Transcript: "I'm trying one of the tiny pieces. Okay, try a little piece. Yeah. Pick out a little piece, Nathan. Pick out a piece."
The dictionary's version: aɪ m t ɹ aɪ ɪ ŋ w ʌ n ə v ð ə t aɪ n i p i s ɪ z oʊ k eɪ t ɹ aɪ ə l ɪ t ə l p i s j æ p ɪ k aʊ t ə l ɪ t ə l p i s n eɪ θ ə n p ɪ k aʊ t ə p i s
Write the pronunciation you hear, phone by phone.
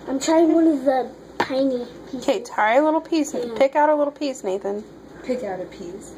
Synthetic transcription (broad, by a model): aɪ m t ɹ aɪ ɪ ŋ w ʌ n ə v ð ə t aɪ n i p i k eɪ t aɪ ə l ɪ t l p i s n p ɪ k aʊ t ə l ɪ t l p i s n eɪ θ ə n p ɪ k aʊ t ə p i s